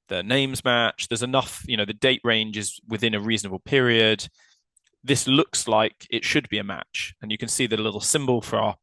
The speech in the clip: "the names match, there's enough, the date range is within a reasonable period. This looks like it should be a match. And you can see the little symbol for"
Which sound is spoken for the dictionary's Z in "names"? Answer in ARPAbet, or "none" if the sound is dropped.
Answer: Z